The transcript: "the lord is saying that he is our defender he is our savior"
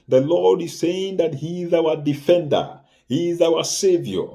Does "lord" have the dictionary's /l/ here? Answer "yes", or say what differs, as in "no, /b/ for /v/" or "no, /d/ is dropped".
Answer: yes